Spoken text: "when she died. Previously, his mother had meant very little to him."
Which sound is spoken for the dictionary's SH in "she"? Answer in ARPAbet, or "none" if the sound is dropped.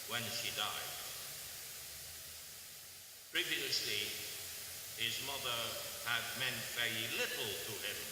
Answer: SH